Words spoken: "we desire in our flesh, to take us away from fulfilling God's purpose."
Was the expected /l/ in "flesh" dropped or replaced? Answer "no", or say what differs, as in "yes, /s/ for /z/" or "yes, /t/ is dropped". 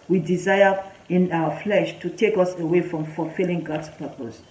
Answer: no